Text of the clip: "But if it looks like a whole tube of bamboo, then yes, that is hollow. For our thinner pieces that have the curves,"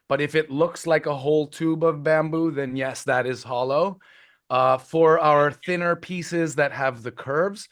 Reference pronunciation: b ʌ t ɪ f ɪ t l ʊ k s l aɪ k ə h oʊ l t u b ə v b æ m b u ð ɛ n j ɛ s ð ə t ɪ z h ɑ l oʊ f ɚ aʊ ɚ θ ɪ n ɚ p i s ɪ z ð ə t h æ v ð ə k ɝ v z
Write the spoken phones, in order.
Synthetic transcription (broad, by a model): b ʌ t ɪ f ɪ t l ʊ k s l aɪ k ə h oʊ l t u b ə v b æ m b u ð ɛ n j ɛ s ð ə t ɪ z h ɑ l oʊ f ɚ aʊ ɚ θ ɪ n ɚ p i s ɪ z ð ə t h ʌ v ð ə k ɝ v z